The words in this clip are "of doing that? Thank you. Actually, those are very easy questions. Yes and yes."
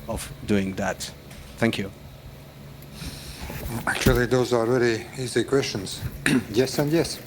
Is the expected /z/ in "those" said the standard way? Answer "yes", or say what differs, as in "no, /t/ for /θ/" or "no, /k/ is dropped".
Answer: yes